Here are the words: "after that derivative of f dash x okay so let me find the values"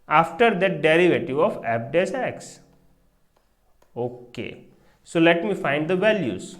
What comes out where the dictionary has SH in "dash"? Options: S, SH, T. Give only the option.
S